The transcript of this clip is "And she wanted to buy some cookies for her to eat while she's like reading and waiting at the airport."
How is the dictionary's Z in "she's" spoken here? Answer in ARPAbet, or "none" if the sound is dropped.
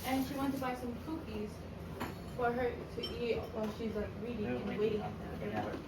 Z